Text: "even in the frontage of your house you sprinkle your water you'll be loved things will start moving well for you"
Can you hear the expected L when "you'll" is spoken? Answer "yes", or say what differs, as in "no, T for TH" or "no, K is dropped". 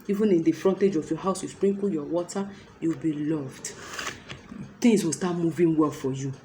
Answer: no, W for L